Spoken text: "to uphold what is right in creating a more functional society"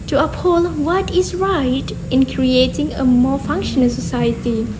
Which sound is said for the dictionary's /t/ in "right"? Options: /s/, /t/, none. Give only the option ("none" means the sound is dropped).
/t/